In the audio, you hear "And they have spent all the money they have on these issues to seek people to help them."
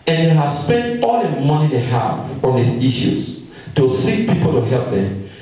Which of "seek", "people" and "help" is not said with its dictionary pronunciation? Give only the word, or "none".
none